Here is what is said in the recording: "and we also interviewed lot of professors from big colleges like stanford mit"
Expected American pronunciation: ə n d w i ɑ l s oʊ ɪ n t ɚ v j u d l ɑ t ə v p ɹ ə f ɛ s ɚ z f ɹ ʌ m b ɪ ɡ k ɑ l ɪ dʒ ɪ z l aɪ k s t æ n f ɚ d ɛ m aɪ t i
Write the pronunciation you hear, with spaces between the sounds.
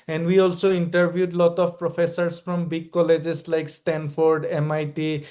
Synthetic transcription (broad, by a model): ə n d w i ɑ l s oʊ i n t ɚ b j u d l ɑ t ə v p ɹ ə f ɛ s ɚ s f ɹ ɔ m b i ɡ k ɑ l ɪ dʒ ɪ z l aɪ k s t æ n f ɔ d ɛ m aɪ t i